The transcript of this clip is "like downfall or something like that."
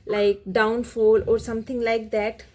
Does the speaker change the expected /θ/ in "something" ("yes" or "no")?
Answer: yes